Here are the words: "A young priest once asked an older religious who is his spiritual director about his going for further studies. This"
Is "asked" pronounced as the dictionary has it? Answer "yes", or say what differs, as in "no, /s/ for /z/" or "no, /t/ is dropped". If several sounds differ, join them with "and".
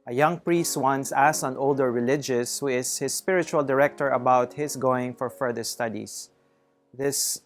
no, /t/ is dropped